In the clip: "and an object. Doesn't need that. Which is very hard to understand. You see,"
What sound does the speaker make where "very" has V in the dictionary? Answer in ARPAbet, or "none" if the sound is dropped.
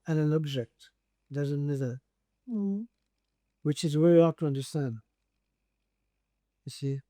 W